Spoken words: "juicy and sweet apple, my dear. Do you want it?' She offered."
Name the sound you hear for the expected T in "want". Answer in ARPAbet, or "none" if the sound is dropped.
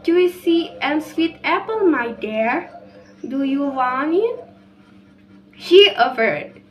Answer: none